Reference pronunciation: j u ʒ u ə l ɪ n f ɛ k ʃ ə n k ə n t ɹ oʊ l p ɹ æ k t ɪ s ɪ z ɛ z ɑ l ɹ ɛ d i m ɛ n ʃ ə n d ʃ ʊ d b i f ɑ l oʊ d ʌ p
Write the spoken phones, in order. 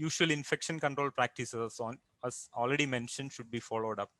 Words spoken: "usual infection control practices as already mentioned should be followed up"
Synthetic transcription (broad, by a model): j u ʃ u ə l ɪ n f ɛ k ʃ ə n k ə n t ɹ oʊ l p ɹ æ k t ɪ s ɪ ʌ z ɑ l ɹ ɛ d i m ɛ n ʃ ə n d ʃ ʊ d b i f ɑ l oʊ d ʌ p